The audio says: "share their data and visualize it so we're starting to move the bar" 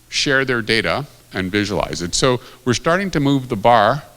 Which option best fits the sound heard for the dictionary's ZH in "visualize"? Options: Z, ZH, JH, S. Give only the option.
ZH